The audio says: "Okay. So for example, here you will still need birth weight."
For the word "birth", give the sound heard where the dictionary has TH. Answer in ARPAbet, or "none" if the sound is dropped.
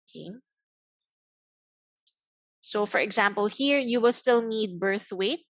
TH